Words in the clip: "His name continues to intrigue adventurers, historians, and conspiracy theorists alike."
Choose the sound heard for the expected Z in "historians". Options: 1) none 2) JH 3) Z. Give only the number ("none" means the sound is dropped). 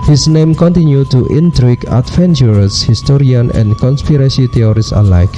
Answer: 1